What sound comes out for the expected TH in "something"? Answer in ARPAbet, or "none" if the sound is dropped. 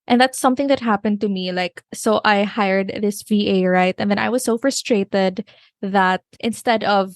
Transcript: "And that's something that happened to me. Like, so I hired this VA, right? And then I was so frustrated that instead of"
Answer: TH